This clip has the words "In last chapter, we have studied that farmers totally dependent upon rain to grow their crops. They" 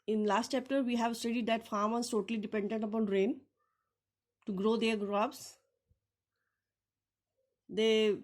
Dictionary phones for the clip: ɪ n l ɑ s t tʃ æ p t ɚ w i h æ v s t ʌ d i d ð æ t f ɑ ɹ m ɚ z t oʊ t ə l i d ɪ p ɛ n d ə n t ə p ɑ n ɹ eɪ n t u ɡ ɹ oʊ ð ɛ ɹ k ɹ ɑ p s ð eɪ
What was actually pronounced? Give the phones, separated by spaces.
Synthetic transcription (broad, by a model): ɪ n l ɑ s t tʃ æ p t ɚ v i h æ v s t ʌ d i d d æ t f ɑ ɹ m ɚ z t oʊ t ə l i d ɪ p ɛ n d ə n t ə p ɑ n ɹ eɪ n t u ɡ ɹ oʊ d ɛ ɹ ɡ ɹ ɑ b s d eɪ